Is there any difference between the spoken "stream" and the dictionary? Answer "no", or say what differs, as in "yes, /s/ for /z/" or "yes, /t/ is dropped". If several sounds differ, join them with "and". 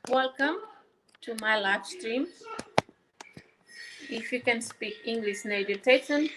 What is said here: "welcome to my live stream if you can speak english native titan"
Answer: no